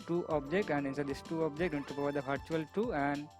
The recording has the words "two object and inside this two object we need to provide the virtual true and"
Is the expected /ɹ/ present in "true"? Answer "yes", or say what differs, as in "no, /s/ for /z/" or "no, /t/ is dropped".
no, /ɹ/ is dropped